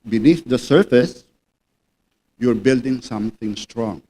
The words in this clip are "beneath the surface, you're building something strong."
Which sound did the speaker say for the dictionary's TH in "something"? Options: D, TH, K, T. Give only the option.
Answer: T